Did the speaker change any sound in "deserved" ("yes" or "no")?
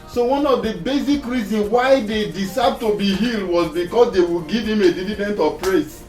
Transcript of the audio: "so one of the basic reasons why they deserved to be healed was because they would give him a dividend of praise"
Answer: yes